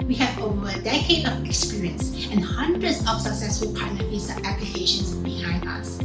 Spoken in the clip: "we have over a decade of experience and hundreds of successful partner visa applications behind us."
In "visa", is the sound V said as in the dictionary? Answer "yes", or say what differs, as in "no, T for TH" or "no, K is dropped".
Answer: no, F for V